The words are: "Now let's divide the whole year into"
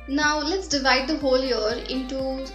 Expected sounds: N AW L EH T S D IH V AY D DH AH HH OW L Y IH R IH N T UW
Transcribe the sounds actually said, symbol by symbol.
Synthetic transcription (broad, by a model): N AW L EH T S D IH V AY D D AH HH OW L Y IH R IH N T UW